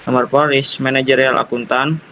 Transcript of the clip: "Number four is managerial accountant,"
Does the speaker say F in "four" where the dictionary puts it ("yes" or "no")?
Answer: no